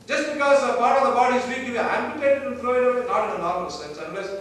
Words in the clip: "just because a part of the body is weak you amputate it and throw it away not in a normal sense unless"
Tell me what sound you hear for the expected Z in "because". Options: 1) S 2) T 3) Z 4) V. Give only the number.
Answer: 3